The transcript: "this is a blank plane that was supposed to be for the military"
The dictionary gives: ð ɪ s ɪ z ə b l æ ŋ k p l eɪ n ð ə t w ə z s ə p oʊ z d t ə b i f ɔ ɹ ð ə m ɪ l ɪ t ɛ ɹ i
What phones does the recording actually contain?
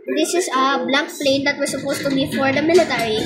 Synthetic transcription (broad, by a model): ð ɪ s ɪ s ə b l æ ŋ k p l eɪ n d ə t w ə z s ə p oʊ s t ə b i f ɔ ɹ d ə m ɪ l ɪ t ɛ ɹ i